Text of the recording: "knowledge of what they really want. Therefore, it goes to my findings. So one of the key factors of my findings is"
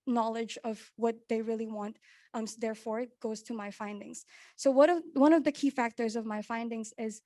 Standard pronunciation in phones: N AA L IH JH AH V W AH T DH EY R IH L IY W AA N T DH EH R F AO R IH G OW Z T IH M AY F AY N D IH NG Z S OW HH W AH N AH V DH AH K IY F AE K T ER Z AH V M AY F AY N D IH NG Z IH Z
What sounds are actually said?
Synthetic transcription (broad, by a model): N AA L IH JH AH V W AH T DH EY R IH L IY W AA N T DH EH R F AO R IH G OW Z T IH M AY F AY N D IH NG Z S OW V W AH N AH V DH AH K IY F AE K T ER Z AH V M AY F AY N D IH NG Z IH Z